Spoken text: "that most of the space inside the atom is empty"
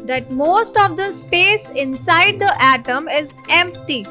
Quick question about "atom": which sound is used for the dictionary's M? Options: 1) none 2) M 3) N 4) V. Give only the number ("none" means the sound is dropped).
2